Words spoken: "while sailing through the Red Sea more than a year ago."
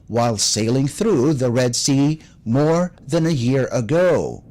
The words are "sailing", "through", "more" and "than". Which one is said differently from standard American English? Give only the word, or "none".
none